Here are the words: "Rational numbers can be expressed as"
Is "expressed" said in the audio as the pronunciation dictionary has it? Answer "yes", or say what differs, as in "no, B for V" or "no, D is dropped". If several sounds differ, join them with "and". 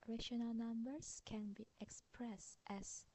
yes